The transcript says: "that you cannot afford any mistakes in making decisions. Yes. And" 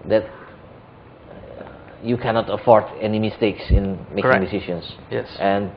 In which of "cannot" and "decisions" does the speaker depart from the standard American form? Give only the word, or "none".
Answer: decisions